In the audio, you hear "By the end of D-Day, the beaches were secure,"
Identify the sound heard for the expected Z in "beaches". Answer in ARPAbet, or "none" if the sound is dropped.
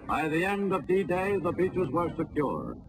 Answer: Z